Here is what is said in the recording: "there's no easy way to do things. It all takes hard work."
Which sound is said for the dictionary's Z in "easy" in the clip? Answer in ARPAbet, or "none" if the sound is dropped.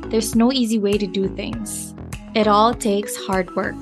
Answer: Z